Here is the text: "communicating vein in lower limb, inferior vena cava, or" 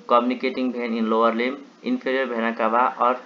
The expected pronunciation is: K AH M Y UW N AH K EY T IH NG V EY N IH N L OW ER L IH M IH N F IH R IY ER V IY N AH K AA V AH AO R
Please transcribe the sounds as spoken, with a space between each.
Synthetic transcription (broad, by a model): K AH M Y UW N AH K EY T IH NG B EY N IH N L OW ER L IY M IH N P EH R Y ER B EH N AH K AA B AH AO R